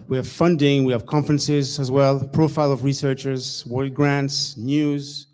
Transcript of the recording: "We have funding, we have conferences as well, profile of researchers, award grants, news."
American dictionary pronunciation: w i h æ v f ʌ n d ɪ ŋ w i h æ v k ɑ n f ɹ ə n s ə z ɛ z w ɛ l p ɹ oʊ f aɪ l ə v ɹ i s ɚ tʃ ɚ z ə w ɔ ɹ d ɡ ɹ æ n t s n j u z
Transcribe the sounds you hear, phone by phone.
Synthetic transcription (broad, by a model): w i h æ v f ʌ n d ɪ ŋ w i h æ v k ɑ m f ɹ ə n s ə z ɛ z w ɛ l p ɹ oʊ f aɪ l ə v ɹ i s ɚ tʃ ɚ z w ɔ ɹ ɡ ɹ æ n t s n j u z